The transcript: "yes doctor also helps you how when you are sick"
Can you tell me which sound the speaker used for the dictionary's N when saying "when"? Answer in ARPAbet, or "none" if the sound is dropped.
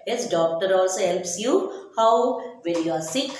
L